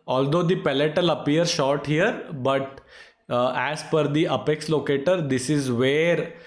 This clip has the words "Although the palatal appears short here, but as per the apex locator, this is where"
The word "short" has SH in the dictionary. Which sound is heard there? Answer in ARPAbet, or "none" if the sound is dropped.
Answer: SH